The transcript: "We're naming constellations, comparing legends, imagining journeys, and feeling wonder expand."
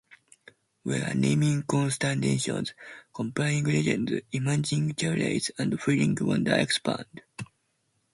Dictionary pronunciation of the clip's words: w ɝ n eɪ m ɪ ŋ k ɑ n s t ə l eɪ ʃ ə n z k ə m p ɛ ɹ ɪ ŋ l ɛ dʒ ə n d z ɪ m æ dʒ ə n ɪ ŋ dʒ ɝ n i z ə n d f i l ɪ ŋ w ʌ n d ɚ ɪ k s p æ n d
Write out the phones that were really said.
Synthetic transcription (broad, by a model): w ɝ n eɪ m ɪ ŋ k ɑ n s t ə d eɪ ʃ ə n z k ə m p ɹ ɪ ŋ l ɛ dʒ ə n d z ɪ m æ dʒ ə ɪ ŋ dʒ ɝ l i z ə n d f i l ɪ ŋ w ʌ n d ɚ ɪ k s p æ n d